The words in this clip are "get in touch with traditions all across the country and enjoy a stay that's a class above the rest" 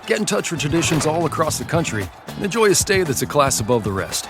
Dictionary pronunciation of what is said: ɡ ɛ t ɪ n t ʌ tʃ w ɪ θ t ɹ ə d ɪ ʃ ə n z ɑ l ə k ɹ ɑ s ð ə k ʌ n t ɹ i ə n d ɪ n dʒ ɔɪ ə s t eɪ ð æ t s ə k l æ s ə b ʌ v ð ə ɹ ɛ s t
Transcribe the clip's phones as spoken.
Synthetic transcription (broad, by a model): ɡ ɛ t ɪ n t ʌ tʃ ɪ t ɹ ə d ɪ ʃ ə n z ɑ l ə k ɹ ɑ s ð ə k ʌ n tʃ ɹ i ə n ɪ n dʒ ɔɪ ə s t eɪ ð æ t s ə k l æ s ə b ʌ v ð ə ɹ ɛ s t